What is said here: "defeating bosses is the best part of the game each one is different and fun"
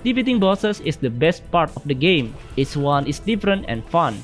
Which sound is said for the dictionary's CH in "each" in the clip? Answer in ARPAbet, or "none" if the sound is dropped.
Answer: S